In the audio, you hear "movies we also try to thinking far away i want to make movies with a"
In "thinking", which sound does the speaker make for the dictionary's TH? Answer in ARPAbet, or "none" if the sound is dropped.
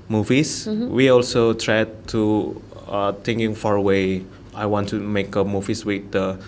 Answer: T